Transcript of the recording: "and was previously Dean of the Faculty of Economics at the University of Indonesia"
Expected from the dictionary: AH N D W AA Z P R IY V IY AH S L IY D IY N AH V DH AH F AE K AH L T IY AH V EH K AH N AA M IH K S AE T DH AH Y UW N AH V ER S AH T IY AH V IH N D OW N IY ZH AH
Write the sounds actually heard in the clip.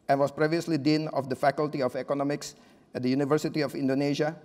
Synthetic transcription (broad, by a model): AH N W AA S P R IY V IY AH S L IY D IY N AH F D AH F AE K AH L T IY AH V EH K AH N AA M IH K S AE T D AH Y UW N AH V ER S AH T IY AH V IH N D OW N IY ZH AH